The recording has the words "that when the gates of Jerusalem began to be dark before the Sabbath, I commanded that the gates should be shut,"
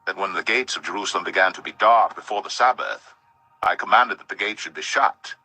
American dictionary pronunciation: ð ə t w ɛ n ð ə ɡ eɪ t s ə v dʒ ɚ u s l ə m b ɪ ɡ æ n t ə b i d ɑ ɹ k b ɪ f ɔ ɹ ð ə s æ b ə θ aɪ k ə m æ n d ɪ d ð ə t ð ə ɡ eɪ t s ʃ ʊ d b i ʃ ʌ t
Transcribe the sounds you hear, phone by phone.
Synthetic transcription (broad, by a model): ð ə t w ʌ n ð ə ɡ eɪ t s ə v dʒ ɚ u s l ə m b ɪ ɡ æ n t ə b i d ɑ ɹ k b ɪ f ɔ ɹ ð ə s æ b ə θ aɪ k ə m æ n d ɪ d ð ə t ð ə ɡ eɪ t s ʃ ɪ d b i ʃ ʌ t